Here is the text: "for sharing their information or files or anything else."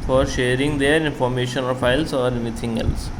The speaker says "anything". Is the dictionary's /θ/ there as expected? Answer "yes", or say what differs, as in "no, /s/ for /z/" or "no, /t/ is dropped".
no, /t/ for /θ/